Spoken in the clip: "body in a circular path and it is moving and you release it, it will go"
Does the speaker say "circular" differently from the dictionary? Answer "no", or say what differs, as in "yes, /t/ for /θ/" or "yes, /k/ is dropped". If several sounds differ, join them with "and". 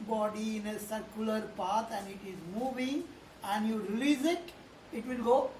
no